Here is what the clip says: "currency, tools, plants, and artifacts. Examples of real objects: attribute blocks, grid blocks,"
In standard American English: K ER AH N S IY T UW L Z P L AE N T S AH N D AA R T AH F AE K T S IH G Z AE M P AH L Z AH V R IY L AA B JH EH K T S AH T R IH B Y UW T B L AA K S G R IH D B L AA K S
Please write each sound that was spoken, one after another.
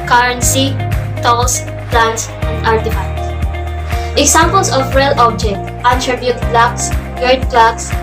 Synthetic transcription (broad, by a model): K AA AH N S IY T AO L S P L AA N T S AH N D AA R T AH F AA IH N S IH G S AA M P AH L S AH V R IY L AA B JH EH K T AH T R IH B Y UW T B L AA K S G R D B L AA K S